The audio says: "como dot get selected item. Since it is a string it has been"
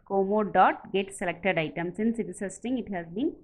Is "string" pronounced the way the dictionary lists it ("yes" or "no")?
no